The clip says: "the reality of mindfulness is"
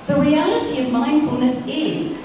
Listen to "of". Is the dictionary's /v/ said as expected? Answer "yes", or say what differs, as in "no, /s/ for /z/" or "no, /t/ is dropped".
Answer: yes